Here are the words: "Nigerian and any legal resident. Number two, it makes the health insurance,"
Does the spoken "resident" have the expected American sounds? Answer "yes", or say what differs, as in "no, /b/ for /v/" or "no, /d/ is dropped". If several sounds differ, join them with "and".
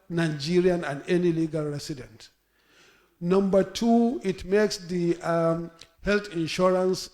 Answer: no, /s/ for /z/